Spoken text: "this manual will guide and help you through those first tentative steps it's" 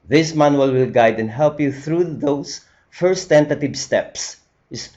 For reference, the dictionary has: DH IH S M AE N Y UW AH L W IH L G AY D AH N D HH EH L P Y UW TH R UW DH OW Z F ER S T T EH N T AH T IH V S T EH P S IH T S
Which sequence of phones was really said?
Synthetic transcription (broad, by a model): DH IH S M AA N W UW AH L W IH L G AY D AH N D HH EH L P Y UW TH R UW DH OW S F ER S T T EH N T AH T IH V S T EH P S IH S